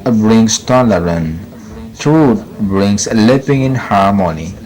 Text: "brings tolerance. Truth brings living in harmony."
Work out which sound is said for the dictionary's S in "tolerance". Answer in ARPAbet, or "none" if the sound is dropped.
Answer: none